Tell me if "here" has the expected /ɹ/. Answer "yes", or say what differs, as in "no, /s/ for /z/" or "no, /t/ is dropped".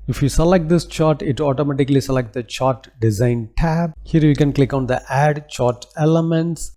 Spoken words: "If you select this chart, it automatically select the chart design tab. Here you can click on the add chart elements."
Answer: yes